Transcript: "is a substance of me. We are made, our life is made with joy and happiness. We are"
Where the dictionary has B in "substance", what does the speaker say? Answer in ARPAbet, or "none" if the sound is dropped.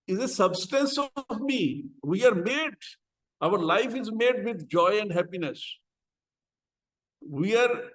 B